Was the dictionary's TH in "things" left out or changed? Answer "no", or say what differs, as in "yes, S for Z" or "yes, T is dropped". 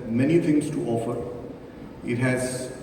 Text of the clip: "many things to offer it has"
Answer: yes, T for TH